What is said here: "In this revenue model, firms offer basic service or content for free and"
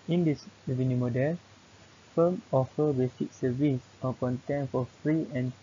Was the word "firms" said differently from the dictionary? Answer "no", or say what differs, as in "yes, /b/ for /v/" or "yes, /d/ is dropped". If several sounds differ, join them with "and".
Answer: yes, /z/ is dropped